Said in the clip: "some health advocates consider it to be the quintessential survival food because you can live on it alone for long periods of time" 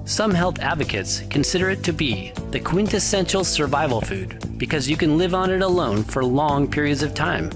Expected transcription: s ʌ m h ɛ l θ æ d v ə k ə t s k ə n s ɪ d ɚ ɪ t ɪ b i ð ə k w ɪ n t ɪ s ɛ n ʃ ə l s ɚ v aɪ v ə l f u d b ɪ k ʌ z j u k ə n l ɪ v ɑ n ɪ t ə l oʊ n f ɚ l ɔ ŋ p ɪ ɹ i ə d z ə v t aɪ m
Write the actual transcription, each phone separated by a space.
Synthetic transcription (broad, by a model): s ʌ m h ɛ l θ æ d v ə k ə t s k ə n s ɪ d ɚ ɪ t ɪ b i ð ə k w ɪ n t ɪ s ɛ n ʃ l s ɚ v aɪ v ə l f u d b ɪ k ʌ z j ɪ k ə n l ɪ v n ɪ t ə l oʊ n f ɚ l ɔ ŋ p ɪ ɹ i ə d z ə v t aɪ m